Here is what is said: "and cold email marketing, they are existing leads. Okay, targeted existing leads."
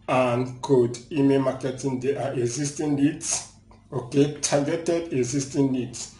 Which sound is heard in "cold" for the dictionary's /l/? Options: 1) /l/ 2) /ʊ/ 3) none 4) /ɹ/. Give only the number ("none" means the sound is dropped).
3